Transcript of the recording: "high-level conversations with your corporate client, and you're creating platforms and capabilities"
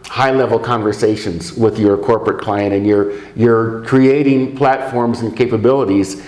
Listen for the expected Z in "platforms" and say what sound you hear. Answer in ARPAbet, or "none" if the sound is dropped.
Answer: Z